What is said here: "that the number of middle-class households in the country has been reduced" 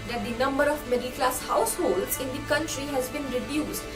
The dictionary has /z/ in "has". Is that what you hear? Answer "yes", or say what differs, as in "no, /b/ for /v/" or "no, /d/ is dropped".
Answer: yes